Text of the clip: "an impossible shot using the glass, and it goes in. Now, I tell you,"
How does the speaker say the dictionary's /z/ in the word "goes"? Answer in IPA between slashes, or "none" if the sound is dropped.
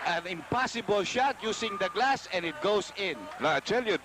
/s/